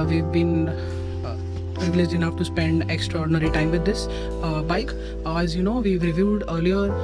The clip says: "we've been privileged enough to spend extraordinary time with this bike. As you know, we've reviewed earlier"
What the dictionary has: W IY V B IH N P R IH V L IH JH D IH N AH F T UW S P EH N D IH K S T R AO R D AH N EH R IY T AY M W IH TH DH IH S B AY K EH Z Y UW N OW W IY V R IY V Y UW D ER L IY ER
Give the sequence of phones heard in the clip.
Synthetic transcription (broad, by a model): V IY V B IH N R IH L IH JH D IH N AH F T UW S P EH N D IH K S T R AO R D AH N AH R IY T AY M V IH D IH S B AY K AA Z Y UW N OW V IY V R IY V Y UW D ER L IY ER